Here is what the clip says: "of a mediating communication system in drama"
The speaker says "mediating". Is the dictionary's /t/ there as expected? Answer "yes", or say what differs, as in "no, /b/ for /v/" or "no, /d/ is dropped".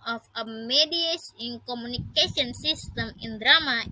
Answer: no, /s/ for /t/